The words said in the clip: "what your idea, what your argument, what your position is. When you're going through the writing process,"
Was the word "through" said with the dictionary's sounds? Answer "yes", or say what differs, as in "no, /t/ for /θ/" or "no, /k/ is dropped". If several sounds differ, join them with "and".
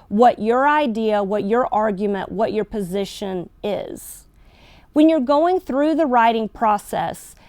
yes